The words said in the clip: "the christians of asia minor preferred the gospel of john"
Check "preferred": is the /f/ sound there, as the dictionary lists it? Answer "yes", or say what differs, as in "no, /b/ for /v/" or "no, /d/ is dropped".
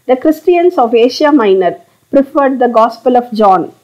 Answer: yes